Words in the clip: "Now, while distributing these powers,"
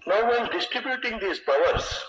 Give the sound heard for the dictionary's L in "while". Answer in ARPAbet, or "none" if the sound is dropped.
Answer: N